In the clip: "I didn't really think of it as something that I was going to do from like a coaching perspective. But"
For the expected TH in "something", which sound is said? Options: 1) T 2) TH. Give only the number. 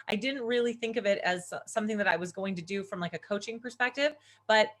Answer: 2